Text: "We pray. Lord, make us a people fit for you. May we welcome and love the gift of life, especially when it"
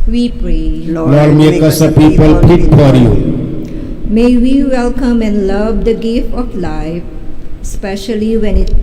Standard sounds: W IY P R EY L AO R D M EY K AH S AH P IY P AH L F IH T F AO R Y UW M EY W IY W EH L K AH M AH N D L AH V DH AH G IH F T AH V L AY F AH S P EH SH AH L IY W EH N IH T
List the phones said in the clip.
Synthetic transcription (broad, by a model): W IY P R EY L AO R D M EY K AH S AH P IY P AH L P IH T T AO R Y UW M EY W IY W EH L K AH M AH N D L AH V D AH G IH F T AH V L AY F S P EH SH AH L IY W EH N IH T